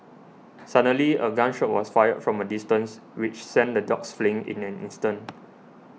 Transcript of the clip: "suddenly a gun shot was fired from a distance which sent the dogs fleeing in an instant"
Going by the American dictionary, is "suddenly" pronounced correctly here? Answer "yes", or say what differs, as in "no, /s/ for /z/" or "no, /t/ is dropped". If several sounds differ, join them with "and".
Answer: no, /n/ is dropped